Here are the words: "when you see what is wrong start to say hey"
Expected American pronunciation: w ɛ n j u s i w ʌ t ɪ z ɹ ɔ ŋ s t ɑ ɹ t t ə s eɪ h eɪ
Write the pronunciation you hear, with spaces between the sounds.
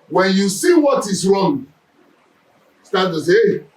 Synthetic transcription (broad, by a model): w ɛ n j u s i w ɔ t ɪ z ɹ ɔ ŋ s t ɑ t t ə s eɪ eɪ